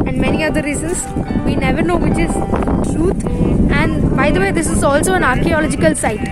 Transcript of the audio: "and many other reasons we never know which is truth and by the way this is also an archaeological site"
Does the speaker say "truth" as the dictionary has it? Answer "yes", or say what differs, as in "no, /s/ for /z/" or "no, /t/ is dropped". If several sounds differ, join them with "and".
no, /t/ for /θ/